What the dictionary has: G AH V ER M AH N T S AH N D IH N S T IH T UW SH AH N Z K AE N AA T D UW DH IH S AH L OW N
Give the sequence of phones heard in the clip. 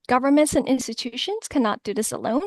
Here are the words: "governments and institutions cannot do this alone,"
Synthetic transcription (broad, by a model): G AH V ER M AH N T S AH N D IH N S T IH T UW SH AH N Z K AE N AA T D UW DH IH S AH L OW N